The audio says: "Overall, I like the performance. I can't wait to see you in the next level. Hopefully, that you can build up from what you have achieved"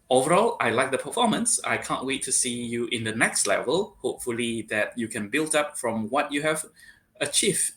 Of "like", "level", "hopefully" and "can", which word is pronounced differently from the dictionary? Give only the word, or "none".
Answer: none